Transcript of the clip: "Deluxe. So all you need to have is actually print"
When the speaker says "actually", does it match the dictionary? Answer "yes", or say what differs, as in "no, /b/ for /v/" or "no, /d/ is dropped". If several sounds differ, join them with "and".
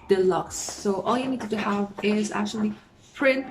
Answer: yes